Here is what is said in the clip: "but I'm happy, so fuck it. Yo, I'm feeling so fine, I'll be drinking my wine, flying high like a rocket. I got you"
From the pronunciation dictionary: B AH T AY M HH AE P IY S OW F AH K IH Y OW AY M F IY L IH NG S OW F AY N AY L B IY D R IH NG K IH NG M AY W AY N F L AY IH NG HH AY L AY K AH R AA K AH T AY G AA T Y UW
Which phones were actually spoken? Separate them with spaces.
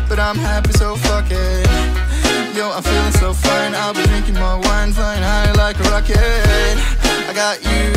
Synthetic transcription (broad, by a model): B AH T AY M HH AE P IY S OW F AH K IH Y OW AY M F IY L IH NG S OW F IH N AY L B IY D R IH NG K IH NG M AY W AY N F AY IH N AY L AY K AH R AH K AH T AY G AA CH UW